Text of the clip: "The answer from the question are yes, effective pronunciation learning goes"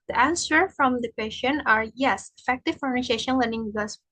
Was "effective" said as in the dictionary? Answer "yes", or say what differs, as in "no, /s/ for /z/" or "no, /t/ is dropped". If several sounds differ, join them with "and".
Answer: yes